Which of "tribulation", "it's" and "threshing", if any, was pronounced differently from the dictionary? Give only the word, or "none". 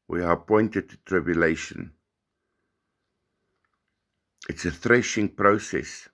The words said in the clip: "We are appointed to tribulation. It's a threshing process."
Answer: none